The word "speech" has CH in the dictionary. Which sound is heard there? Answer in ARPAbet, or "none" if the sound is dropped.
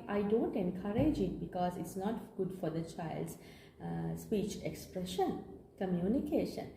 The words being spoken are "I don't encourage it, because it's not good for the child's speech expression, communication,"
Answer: CH